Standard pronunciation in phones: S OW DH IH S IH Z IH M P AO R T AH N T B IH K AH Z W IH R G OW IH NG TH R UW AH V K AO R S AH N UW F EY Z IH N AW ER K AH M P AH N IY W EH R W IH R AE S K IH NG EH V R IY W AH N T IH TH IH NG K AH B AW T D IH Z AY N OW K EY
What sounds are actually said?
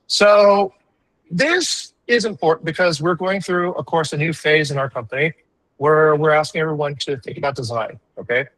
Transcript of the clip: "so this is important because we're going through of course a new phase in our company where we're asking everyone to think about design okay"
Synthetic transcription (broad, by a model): S OW DH IH S IH Z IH M P AO R T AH N B IH K AH Z W IH R G OW IH NG TH R UW AH V K AO R S AH N UW F EY Z IH N AW ER K AH M P AH N IY W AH R W IH R AE S K IH NG EH V R IY W AH N T IH TH IH NG K AH B AW T D IH Z AY N OW K EY